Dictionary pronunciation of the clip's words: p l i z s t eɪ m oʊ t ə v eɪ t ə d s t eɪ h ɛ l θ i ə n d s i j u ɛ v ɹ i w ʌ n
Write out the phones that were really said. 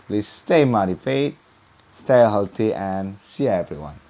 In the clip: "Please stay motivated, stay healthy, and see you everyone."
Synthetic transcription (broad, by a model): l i s t eɪ m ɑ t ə f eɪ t s t eɪ h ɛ l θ i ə n s i ɛ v ɹ i w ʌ n